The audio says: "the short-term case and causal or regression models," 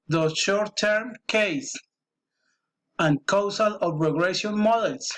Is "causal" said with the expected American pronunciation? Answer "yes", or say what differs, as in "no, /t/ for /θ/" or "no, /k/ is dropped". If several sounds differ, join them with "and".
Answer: no, /s/ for /z/